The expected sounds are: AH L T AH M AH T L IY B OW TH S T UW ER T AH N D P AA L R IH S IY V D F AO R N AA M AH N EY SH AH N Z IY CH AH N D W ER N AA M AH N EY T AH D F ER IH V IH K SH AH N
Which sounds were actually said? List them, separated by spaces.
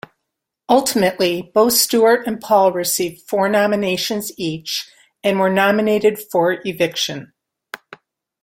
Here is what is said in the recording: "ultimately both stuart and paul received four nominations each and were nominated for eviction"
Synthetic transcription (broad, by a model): AH L T AH M AH T L IY B OW TH S T UW ER T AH N P AA L R IH S IY V D F AO R N AA M AH N EY SH AH N Z IY CH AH N W ER N AA M AH N EY T AH D F ER IH V IH K SH AH N